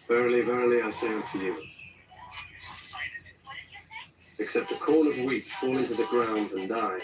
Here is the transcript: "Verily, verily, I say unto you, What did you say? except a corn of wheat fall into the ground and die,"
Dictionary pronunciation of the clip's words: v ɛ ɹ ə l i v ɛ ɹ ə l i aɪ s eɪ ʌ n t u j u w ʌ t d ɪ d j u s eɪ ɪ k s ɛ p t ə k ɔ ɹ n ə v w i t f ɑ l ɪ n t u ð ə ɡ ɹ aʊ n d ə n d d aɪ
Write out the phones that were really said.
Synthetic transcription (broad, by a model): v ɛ ɹ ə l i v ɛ ɹ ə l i aɪ s eɪ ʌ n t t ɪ j u ɪ k s ɛ p t ə k ɔ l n ə v w i t f ɑ l ɪ n t u ð ə ɡ ɹ aʊ n d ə n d d aɪ